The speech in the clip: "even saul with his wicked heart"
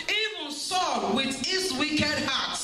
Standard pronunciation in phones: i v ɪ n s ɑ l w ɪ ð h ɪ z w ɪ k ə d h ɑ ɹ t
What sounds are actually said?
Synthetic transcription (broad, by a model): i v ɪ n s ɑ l w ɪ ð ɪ s w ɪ k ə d h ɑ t